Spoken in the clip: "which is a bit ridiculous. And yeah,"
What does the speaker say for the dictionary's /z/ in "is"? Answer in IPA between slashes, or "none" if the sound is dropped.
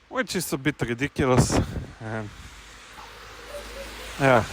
/s/